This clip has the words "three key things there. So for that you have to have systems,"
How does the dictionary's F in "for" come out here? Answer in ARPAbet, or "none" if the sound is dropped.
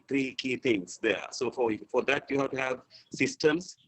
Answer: F